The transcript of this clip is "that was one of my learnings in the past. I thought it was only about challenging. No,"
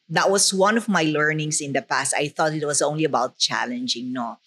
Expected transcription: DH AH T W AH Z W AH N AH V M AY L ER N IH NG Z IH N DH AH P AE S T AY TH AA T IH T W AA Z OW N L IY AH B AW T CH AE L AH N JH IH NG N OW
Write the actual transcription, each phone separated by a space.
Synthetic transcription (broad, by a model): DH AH T W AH S W AH N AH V M AY L ER N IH NG S IH N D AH P AE S T AY TH AA T IH T W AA S OW N L IY AH B AW T CH AE L AH N JH IH NG N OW